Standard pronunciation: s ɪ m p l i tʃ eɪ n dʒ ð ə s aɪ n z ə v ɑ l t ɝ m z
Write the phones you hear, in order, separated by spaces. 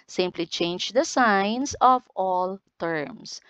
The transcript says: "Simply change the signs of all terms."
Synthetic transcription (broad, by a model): s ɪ m p l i tʃ eɪ n dʒ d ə s aɪ n s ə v ɑ l t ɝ m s